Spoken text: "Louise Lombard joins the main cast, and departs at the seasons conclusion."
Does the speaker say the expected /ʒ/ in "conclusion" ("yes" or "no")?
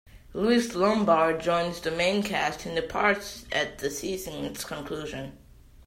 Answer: yes